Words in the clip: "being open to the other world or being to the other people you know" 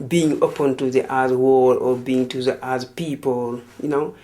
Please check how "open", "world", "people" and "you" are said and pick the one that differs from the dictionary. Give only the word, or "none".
world